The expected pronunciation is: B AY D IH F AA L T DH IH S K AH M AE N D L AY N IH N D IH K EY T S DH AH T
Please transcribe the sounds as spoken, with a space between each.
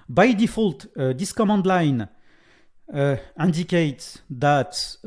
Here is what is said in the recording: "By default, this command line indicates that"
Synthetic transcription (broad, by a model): B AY D IH F AA L T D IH S K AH M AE N D L AY N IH N D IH K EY T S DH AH T